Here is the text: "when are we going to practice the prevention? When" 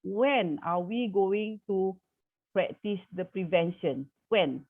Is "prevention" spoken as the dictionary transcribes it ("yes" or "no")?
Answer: yes